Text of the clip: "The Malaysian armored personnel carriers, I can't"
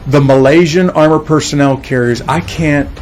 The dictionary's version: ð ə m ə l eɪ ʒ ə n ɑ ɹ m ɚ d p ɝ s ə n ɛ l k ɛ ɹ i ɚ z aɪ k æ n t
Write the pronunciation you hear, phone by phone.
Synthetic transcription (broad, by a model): ð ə m ə l eɪ ʒ ə n ɑ ɹ m ɚ p ɝ s ə n ɛ l k ɛ ɹ i ɚ z aɪ k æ n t